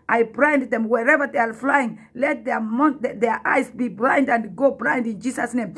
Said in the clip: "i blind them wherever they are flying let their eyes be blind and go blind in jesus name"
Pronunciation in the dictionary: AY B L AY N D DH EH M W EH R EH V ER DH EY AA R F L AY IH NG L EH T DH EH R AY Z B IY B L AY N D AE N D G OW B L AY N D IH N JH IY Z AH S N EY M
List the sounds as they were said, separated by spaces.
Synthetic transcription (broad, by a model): AY B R AY N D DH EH M W EH R EH V ER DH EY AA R F L AY IH NG L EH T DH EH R AY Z B IY B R AY N D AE N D G OW B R AY N D IH N JH IY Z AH S N EY M